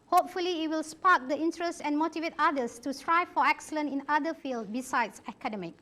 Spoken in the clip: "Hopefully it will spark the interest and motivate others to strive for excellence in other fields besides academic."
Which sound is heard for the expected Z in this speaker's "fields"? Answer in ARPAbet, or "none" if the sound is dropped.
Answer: none